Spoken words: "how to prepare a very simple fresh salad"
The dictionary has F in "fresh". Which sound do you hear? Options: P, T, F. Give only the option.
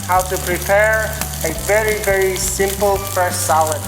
P